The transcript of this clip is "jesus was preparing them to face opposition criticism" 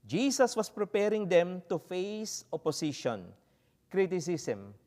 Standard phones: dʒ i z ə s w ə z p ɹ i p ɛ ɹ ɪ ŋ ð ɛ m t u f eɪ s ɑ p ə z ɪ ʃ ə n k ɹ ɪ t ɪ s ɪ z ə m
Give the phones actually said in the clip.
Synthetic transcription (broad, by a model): dʒ i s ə s w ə s p ɹ i p ɛ ɹ ɪ ŋ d ɛ m t u f eɪ s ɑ p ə s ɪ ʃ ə n k ɹ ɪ t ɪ s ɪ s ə m